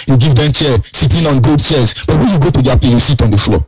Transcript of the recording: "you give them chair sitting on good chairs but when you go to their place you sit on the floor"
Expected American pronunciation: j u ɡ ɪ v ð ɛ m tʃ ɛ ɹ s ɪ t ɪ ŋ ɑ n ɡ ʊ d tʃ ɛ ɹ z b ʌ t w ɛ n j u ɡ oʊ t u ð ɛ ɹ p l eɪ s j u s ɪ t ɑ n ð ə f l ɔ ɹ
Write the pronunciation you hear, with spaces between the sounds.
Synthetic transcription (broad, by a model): j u ɡ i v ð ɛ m tʃ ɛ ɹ s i t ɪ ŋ ɑ n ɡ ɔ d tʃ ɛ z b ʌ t w ɛ n j u ɡ oʊ t u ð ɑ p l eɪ j u s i t ɑ n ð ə f l ɔ